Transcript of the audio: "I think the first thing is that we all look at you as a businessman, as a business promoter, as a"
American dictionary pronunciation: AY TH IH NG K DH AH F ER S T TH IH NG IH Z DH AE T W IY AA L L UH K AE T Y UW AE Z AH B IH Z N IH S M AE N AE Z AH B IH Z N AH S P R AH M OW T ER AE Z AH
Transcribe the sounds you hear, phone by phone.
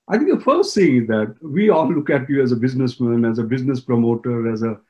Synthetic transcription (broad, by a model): AY T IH NG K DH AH F ER S T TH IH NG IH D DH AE T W IY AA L L UH K AE T Y UW AE Z AH B IH Z N IH S M AE N AE Z AH B IH Z N AH S P R AH M OW T ER AE Z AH